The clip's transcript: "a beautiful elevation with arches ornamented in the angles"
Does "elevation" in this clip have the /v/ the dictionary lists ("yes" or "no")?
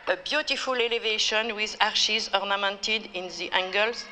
yes